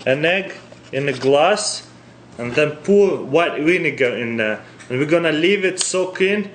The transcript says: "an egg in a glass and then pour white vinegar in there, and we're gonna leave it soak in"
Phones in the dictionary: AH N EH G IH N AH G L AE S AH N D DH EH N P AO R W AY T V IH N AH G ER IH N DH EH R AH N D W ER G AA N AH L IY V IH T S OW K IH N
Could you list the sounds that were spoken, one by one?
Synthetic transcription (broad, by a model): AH N EH G IH N AH G L AE S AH N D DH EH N P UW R W AY T W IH N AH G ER IH N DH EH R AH N W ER G AA N AH L IY V IH T S OW K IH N